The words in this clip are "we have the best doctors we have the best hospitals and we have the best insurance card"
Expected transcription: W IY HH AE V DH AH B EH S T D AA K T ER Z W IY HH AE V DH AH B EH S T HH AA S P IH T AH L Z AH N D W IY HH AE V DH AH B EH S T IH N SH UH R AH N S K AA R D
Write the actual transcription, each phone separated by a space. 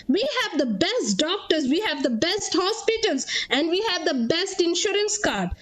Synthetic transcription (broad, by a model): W IY HH AE V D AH B EH S T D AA K T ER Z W IY HH AE V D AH B EH S T HH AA S P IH T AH L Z AH N D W IY HH AE V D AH B EH S T IH N SH UH R AH N S K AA R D